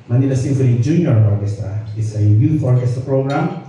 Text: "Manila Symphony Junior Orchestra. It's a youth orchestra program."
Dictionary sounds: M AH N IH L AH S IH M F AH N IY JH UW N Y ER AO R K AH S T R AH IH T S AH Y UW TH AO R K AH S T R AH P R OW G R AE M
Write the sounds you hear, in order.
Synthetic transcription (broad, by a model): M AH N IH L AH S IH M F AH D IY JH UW N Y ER AO R K AH S T R AH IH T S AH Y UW F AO R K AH S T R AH P R OW G R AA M